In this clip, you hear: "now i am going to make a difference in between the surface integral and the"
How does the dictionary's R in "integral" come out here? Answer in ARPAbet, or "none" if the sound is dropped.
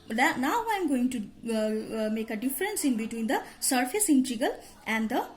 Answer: none